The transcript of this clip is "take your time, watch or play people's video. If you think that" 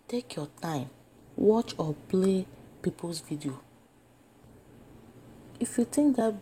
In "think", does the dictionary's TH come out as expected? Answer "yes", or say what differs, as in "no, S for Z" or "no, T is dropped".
no, T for TH